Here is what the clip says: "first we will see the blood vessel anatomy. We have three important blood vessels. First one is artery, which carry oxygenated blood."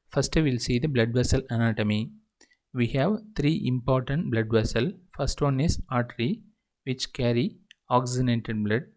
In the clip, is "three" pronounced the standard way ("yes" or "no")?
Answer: no